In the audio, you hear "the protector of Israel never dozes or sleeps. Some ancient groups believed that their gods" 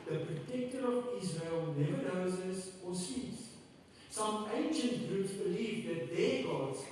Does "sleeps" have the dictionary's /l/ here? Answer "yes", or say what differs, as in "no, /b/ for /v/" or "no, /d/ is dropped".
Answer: no, /l/ is dropped